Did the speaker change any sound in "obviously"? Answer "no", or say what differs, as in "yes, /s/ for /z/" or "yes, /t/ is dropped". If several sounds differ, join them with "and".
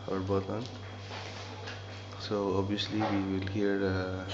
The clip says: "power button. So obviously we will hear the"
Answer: yes, /v/ is dropped